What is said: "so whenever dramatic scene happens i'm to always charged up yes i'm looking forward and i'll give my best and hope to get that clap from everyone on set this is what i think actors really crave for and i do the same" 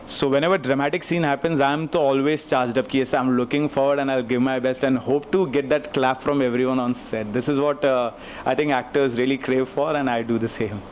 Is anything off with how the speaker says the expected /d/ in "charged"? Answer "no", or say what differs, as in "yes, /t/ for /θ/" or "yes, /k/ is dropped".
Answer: no